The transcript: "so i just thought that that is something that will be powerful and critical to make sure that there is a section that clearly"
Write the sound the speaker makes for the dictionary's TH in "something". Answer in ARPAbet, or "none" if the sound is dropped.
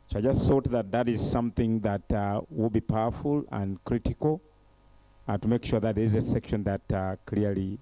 TH